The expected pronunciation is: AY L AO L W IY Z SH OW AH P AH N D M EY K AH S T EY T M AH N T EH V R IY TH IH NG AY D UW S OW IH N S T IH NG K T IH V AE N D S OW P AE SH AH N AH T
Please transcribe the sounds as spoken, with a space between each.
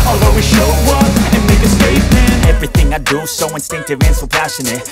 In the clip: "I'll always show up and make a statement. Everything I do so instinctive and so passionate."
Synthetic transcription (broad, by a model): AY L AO W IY SH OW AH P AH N M EY K AH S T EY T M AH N EH V R IY TH IH NG AY D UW S OW IH N S T IH NG K T IH V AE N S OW P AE SH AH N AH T